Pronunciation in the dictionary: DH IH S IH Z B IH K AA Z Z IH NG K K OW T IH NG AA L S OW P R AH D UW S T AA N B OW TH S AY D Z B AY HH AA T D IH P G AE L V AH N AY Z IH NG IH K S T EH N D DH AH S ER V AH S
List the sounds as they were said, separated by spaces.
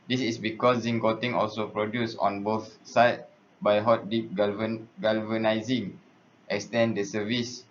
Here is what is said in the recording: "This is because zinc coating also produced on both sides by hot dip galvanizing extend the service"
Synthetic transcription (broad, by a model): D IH S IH S B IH K AA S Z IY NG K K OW T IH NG AA L S OW P R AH D UW S AA N B OW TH S AY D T B AY HH AA T D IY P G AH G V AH N AY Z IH NG IH K S T EH N D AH S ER V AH S